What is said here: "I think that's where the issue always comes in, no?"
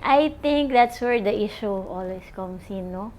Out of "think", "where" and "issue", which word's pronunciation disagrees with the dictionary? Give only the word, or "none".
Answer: think